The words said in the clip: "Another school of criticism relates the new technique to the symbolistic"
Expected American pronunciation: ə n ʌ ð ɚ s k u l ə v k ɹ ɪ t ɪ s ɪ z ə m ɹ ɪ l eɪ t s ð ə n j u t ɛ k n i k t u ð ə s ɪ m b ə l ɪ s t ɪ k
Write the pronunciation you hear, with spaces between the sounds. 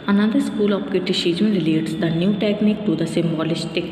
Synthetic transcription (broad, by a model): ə n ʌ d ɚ s k u l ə p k ɪ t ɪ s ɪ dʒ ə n ɹ ɪ l eɪ t s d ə n j u t ɛ k n i k t u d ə s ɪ m b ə l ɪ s t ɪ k